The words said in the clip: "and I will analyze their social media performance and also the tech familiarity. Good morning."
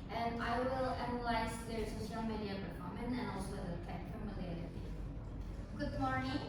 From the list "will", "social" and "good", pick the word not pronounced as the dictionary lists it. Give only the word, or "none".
social